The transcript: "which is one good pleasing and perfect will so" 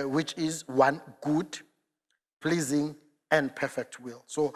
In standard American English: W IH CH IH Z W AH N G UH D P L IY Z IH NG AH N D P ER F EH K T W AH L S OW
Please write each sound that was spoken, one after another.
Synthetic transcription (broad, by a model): W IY CH IH Z W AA N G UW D P L IY Z IH NG AH N D P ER F EH K T W AH L S OW